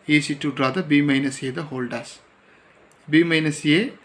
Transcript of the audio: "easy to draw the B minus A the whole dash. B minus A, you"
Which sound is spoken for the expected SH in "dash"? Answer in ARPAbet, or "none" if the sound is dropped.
S